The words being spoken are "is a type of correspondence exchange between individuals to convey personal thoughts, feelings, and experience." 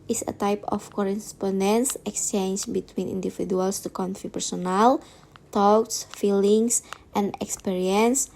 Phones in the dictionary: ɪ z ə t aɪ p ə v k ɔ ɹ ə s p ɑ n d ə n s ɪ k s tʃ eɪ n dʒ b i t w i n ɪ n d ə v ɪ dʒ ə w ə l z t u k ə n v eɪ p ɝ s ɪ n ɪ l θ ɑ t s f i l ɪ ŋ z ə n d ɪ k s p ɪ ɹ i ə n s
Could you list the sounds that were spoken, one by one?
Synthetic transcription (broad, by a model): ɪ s ə t aɪ p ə f k ɔ ɹ ə s p ɑ n d ə n s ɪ k s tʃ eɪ n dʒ b i t w i n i n d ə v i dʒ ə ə l s t u k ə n f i p ɝ s ɪ n ɪ l t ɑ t s f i l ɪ ŋ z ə n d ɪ k s p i ɹ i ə n s